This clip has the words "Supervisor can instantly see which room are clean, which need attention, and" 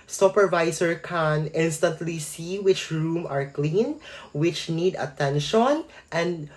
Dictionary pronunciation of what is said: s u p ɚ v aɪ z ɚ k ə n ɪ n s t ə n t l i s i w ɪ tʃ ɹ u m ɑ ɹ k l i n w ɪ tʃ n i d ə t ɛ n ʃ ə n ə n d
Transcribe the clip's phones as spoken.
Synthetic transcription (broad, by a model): s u p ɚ v aɪ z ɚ k ə n ɪ n s t ə n t l i s i w ɪ tʃ ɹ u m ɑ ɹ k l i n w ɪ tʃ n i d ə t ɛ n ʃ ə n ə n d